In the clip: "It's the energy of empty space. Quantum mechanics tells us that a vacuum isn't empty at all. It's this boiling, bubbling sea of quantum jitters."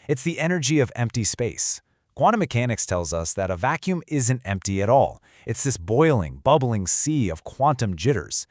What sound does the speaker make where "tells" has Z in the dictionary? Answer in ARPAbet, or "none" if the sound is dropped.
Z